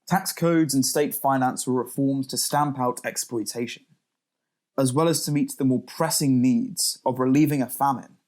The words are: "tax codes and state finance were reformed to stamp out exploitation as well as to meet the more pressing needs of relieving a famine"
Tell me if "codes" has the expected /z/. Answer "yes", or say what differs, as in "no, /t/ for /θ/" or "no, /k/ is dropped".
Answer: yes